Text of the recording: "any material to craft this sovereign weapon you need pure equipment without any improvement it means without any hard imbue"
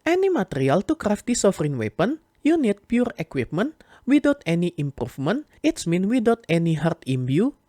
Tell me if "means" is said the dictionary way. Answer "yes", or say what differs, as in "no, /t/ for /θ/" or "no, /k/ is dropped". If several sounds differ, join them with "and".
no, /z/ is dropped